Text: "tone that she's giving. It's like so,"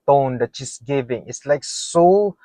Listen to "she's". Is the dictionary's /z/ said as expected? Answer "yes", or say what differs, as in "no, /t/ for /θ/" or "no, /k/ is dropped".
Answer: no, /s/ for /z/